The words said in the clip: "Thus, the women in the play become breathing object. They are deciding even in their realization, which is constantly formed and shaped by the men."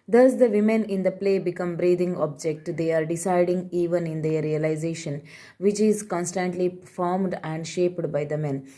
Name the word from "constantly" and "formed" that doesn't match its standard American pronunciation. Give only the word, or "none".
none